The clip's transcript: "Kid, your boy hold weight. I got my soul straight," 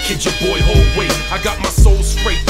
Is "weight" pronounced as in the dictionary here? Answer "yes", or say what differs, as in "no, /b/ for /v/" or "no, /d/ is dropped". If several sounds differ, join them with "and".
no, /t/ is dropped